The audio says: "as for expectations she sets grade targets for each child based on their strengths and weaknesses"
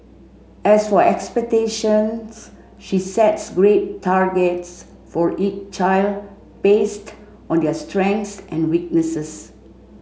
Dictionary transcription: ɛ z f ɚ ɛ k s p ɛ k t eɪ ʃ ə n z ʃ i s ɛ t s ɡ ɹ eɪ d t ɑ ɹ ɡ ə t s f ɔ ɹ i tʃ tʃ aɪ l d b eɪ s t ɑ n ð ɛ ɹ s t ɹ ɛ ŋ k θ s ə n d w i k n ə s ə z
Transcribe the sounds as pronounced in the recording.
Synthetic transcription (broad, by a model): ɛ s f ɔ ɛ k s p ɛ k t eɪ ʃ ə n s ʃ i s ɛ t s ɡ ɹ eɪ t ɑ ɹ ɡ ə t s f ɔ ɹ i tʃ tʃ aɪ l d b eɪ s t ɑ n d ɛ s t ɹ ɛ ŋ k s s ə n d w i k n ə s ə s